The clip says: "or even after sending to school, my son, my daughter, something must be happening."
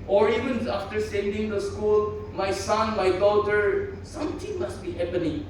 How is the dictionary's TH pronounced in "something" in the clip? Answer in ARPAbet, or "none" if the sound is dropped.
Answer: T